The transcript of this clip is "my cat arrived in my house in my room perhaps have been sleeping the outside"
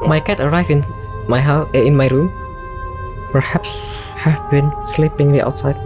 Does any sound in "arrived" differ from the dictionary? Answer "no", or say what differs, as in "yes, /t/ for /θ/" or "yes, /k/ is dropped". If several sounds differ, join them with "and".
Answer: yes, /d/ is dropped